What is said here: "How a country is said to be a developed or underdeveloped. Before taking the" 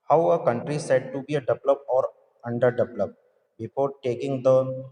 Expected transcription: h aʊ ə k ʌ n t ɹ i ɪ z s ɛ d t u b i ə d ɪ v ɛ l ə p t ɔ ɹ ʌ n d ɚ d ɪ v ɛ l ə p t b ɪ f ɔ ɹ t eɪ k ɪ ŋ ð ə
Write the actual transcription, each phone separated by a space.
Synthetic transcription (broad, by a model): h aʊ ə k ʌ n t ɹ i s ɛ d t u b i ə d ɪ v l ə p ɔ ɹ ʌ n d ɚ d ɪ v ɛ l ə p b ɪ f ɔ ɹ t eɪ k ɪ ŋ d ə